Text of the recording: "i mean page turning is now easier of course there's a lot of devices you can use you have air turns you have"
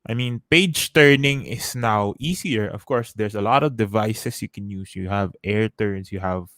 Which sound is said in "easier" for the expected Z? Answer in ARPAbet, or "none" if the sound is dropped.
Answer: S